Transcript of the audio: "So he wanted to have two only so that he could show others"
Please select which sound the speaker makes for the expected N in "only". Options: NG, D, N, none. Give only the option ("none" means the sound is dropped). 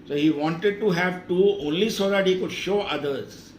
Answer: N